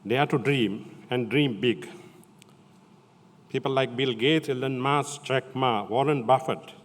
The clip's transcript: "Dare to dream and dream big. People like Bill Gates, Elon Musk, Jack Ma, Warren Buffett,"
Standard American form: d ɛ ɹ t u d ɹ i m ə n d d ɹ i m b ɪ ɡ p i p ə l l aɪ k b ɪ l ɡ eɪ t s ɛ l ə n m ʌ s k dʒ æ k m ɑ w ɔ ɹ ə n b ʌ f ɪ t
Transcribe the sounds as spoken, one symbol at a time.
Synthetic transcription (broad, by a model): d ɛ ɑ t u d ɹ i m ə n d d ɹ i m b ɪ ɡ p i p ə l l aɪ k b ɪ l ɡ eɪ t ɛ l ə n m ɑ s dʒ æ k m ɑ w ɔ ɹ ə n b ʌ f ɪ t